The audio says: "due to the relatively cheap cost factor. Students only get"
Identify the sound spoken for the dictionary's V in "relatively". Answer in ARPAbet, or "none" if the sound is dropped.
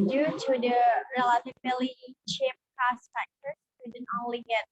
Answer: B